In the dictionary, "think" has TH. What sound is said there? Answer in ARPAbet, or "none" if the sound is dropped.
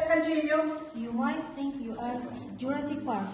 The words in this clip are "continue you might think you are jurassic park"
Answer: S